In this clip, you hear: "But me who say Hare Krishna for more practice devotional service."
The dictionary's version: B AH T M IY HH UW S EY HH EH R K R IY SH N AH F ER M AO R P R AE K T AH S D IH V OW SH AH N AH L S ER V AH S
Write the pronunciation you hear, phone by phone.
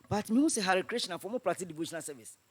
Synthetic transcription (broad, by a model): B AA T M IY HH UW S EY HH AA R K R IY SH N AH F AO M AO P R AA T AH D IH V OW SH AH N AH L S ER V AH S